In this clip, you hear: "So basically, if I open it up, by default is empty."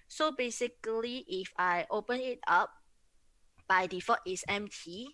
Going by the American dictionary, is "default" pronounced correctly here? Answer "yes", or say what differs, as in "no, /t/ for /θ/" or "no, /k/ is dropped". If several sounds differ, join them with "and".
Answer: no, /l/ is dropped